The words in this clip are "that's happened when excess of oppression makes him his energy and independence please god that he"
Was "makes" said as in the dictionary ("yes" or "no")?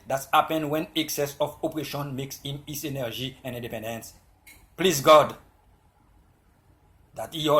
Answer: yes